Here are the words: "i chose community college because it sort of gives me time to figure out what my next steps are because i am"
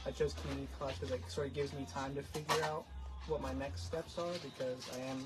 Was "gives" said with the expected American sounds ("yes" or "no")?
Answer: yes